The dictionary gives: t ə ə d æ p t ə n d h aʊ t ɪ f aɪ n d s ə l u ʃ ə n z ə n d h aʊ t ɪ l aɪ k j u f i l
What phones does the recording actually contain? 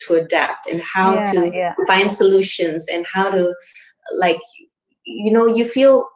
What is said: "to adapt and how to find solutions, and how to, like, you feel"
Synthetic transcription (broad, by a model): t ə ə d æ p t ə n h aʊ t ɪ f aɪ n d s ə l u ʃ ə n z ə n h aʊ t ɪ l aɪ k j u f i l